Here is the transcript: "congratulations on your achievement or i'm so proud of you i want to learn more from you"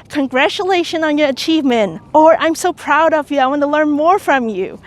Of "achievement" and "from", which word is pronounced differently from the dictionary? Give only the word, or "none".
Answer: none